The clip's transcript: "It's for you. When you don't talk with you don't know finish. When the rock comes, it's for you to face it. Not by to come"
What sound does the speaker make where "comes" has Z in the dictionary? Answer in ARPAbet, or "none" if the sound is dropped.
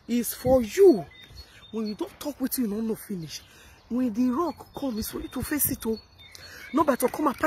none